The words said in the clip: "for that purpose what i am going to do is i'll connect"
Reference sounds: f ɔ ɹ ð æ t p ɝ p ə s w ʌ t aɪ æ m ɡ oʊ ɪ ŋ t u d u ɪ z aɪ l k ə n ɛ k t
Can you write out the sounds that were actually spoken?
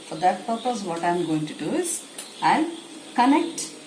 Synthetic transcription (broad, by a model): f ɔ ɹ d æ t p ɝ p ə s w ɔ t aɪ m ɡ oʊ ɪ ŋ t u d u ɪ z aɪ n k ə n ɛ k t